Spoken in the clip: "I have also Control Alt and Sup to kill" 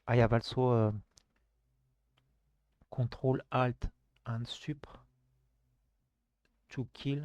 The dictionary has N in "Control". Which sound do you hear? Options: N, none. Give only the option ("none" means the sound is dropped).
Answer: none